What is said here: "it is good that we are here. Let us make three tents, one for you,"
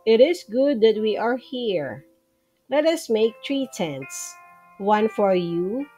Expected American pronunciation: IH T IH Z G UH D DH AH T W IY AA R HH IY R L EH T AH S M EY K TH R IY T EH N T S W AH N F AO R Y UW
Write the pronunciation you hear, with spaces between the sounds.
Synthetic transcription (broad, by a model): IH T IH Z G UH D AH T W IY AA R HH IY R L EH T AH S M EY K T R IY T EH N T S W AH N F AO R Y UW